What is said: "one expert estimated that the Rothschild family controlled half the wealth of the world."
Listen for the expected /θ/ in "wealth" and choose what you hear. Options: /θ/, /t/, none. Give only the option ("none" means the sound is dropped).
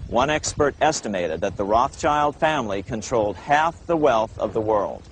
/θ/